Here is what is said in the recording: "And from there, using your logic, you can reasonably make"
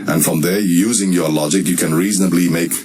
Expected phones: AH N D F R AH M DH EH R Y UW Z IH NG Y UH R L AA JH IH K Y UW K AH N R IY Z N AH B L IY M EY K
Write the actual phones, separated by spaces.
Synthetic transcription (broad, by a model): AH N F R AH M DH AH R Y UW Z IH NG Y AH L AA JH IH K Y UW K AH N R IY Z N AH B L IY M EY K